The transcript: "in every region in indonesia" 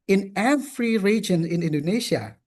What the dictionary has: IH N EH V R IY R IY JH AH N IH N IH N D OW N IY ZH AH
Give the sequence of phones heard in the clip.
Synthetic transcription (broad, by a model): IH N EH F R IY R IY JH AH N IH N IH N D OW N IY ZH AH